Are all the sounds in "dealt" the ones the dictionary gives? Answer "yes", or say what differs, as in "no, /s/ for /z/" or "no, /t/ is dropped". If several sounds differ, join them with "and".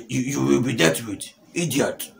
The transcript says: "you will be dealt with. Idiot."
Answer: no, /l/ is dropped